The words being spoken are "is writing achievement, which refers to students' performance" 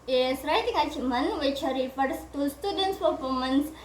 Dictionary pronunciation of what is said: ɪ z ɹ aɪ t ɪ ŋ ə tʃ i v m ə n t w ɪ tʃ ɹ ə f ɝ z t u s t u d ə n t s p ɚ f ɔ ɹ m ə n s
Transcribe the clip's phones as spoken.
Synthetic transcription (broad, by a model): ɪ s ɹ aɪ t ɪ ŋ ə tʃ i m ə n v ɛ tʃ ɹ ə p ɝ s t u s t u d ə n t s p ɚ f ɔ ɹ m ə n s